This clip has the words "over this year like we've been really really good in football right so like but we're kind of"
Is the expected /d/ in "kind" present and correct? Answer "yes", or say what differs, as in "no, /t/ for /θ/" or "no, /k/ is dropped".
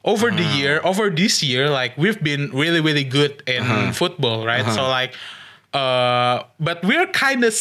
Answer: yes